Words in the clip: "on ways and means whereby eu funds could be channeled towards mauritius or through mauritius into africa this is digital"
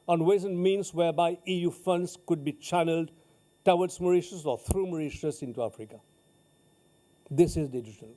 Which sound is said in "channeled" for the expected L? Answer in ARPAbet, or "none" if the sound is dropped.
L